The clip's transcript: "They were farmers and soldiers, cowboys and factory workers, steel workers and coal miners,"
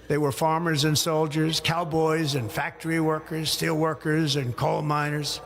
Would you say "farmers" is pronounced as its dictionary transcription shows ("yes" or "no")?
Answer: yes